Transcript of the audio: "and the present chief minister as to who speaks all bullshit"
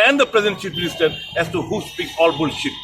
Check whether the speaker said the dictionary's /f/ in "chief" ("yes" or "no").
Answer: no